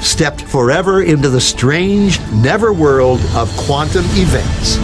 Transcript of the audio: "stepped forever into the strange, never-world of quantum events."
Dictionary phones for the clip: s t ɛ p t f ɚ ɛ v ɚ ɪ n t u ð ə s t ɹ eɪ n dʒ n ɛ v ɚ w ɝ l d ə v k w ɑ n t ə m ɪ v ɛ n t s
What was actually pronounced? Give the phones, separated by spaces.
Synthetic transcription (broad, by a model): s t ɛ p t f ɚ ɛ v ɚ ɪ n t u ð ə s t ɹ eɪ n dʒ n ɛ v ɚ w ɝ l d ə v k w ɑ n t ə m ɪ v ɛ n t s